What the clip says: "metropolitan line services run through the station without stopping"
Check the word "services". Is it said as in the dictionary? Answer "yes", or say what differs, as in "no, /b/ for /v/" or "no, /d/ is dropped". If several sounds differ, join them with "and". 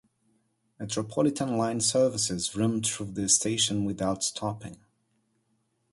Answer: yes